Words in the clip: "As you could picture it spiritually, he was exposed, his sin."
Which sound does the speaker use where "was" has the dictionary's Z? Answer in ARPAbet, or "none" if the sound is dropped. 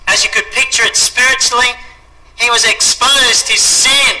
Z